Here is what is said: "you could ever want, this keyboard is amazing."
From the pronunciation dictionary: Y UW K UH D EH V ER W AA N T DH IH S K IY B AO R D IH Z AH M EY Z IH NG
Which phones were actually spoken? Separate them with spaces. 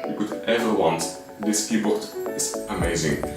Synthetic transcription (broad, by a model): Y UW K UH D EH V ER W AA N T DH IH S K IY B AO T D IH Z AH M EY Z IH NG